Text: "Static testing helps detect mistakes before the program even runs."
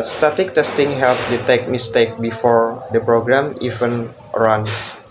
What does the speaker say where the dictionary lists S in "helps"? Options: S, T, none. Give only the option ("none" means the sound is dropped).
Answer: none